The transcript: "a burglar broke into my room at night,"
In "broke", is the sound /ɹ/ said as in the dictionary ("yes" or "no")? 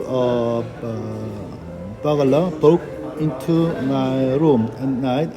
no